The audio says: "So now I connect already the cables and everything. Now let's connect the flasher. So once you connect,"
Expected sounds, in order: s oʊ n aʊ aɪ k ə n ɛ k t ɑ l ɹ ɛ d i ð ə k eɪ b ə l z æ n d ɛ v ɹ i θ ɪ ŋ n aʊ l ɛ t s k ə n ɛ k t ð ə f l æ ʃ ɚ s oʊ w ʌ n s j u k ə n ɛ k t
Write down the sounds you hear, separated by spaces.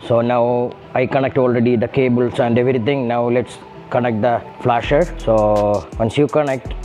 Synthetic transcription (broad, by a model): s oʊ n aʊ aɪ k ə n ɛ k t ɑ l ɹ ɛ d i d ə k eɪ b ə l s æ n d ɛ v ɹ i t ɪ ŋ n aʊ l ɛ t s k ə n ɛ k t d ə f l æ ʃ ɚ s oʊ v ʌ n s j u k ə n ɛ k t